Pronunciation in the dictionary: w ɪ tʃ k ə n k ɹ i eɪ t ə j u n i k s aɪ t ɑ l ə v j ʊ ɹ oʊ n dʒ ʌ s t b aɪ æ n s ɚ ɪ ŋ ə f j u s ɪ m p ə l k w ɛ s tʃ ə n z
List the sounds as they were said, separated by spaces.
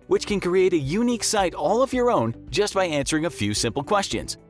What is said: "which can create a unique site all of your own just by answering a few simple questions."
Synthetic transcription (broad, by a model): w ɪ tʃ k ə n k ɹ i eɪ t ə j u n i k s aɪ t ɑ l ə v j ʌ ɹ oʊ n dʒ ʌ s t b aɪ æ n s ɚ ɪ ŋ ə f j u s ɪ m p l k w ɛ s tʃ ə n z